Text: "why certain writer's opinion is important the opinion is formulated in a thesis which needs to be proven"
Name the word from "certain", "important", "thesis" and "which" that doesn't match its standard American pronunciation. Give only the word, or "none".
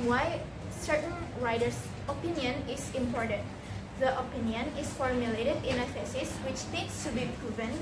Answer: thesis